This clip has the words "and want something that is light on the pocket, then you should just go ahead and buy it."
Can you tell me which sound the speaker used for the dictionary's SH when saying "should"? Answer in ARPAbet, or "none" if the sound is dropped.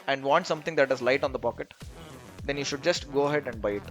SH